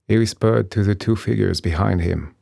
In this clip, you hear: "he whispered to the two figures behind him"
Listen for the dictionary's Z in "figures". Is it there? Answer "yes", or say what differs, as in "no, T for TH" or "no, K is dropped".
yes